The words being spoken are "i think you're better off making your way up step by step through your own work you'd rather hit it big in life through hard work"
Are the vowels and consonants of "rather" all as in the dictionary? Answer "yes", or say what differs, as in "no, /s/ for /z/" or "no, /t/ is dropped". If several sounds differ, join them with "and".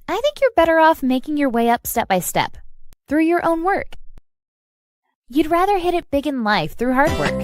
yes